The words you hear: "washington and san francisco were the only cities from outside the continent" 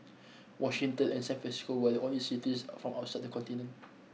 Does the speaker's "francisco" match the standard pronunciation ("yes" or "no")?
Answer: no